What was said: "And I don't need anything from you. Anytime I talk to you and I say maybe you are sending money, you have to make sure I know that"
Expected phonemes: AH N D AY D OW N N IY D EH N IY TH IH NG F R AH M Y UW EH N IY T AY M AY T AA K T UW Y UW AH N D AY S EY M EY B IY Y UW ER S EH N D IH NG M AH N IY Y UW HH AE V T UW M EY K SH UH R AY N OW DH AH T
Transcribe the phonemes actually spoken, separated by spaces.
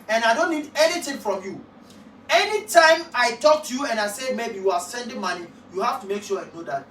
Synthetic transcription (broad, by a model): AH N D AY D OW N N IY D EH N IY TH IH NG F R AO M Y UW EH N IY T AY M AY T AA K T UW Y UW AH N AY S EY M EY B IY Y UW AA S EH N D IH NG M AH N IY Y UW HH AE F T UW M EY K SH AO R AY N OW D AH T